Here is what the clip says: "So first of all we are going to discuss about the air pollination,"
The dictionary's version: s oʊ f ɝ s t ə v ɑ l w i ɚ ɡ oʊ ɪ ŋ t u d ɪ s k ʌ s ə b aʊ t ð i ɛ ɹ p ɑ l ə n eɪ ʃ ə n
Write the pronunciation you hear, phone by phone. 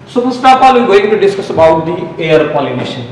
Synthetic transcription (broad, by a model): s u p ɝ s t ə p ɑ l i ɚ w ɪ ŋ t u d ɪ s k ʌ s ə b aʊ t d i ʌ ɹ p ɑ l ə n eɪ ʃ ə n